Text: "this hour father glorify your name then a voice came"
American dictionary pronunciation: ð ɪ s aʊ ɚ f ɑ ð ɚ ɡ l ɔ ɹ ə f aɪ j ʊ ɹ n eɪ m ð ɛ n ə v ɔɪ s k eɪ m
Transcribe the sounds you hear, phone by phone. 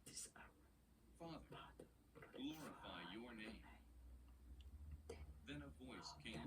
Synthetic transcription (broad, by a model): f ɑ ð ɚ ɡ l ɔ ɹ ə f aɪ j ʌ ɹ n eɪ m ð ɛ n ə v ɔɪ s k eɪ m